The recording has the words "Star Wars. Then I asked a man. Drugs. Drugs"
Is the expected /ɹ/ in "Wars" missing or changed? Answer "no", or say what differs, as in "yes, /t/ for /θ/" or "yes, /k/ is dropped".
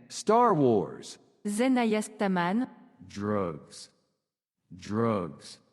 no